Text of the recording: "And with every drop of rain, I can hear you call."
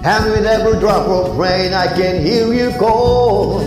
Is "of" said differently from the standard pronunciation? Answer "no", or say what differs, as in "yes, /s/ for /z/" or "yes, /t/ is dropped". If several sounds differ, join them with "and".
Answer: yes, /p/ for /v/